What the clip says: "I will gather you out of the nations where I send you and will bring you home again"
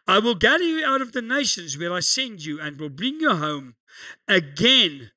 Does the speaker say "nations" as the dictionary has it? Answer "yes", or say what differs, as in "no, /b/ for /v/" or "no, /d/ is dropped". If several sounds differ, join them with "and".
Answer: yes